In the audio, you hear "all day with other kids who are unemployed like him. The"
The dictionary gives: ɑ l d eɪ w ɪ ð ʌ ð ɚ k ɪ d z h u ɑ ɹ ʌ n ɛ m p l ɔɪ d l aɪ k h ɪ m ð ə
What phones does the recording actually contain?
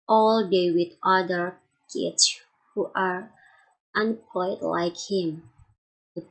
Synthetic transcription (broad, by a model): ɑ l d eɪ w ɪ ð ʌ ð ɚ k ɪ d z h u ɑ ɹ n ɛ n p ɔɪ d l aɪ k h ɪ m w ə